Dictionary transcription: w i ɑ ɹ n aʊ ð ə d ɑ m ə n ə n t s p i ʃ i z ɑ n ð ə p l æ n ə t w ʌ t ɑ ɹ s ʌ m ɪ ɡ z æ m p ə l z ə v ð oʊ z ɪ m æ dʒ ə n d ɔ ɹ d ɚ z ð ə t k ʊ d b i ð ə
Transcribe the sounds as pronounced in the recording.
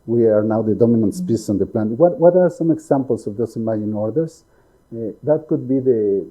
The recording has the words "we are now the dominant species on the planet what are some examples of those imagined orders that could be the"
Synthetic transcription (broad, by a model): w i ɑ ɹ n aʊ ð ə d ɑ m ə n ə n t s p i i s ɑ n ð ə p l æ n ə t w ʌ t ɑ ɹ s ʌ m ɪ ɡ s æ m p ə l s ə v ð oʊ s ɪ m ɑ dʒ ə n ɔ ɹ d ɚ s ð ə t k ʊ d b i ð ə